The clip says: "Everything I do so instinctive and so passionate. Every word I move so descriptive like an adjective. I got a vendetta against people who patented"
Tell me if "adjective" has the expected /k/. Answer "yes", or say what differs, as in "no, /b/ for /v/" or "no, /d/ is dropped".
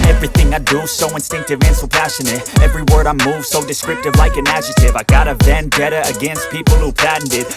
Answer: no, /k/ is dropped